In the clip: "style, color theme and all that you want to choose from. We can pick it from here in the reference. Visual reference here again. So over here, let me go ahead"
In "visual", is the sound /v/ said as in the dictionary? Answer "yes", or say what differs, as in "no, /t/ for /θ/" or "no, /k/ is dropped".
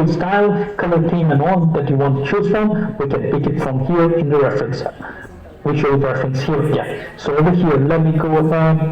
no, /w/ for /v/